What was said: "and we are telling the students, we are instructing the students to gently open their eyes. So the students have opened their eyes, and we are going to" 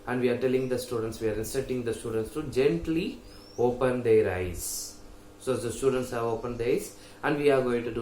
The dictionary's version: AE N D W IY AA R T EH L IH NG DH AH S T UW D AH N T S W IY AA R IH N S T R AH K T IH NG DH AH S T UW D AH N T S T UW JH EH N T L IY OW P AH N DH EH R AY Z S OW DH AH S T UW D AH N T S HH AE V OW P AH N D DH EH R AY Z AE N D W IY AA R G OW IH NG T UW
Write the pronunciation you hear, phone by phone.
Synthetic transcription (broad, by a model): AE N D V IY AA R T EH L IH NG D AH S T UW D AH N T S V IY AA R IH N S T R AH T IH NG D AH S T UW D AH N T S T UW JH EH N T L IY OW P AH N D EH R AY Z S OW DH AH S T UW D AH N T S HH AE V OW P AH N D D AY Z AE N D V IY AA R G OW IH NG T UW